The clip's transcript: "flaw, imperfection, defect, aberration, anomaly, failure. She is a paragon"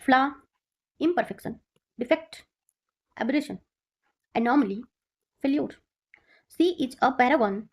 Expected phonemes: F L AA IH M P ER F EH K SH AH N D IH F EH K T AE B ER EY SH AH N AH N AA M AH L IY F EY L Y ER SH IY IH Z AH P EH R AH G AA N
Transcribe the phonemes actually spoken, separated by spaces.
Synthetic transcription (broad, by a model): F L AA IH M P ER F EH K SH AH N D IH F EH K T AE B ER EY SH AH N AH N AA M AH L IY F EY L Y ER S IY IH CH AH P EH R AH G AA N